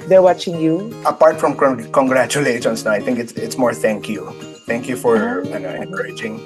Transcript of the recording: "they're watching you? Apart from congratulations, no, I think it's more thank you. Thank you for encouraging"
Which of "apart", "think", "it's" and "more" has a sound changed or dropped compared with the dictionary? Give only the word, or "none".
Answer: think